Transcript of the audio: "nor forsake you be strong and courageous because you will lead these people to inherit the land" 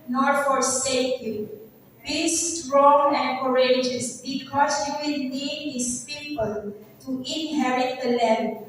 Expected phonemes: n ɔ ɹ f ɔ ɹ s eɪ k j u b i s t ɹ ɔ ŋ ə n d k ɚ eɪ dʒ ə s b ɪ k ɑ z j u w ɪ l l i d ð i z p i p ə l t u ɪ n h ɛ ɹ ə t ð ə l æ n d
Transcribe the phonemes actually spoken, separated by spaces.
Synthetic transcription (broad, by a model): n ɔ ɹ f ɔ ɹ s eɪ k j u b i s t ɹ ɔ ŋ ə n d k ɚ eɪ dʒ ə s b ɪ k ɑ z j u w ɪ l n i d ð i s p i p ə l t u ɪ n h ɛ ɹ ə t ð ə l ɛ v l